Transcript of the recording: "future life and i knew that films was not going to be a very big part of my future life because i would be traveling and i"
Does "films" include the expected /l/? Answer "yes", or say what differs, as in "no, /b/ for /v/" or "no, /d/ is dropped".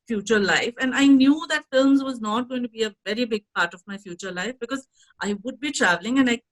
yes